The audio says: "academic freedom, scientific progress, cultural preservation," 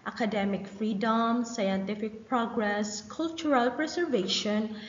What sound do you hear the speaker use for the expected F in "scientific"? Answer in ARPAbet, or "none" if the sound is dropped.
F